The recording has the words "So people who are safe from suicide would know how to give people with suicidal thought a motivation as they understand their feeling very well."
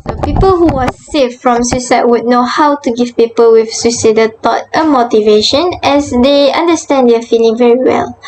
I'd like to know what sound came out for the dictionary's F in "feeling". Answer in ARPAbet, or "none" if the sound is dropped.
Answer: F